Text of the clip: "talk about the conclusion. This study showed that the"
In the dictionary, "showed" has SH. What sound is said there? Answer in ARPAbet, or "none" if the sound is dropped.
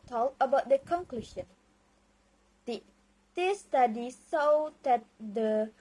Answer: S